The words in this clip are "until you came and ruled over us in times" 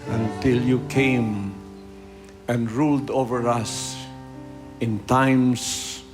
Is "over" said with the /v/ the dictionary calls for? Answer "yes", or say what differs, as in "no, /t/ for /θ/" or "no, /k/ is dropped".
yes